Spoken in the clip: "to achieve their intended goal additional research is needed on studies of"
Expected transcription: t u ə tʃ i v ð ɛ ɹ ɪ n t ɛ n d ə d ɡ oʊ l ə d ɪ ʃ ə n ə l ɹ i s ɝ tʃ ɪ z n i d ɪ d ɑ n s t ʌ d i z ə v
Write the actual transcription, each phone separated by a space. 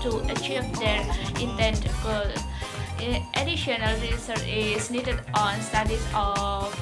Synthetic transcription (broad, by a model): t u ə tʃ i v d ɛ ɹ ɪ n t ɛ n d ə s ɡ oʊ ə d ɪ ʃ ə n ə l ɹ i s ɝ ɪ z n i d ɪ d ɑ n s t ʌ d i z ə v